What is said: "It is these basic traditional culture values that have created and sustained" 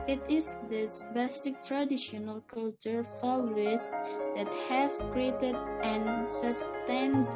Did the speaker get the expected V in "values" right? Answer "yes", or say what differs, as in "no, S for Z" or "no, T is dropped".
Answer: no, F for V